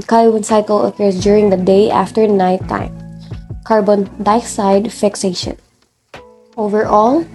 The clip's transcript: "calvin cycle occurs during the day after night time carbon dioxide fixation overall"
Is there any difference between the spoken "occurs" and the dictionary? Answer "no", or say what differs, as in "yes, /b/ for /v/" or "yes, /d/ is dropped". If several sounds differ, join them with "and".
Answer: yes, /s/ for /z/